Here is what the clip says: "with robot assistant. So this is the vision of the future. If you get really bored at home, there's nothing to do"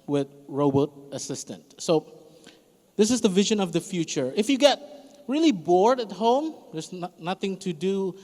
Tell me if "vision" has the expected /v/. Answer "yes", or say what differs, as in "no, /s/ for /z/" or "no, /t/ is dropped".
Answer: yes